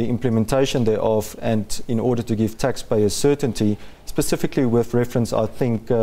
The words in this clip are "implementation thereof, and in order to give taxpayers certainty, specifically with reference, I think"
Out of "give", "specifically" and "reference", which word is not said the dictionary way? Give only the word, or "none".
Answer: none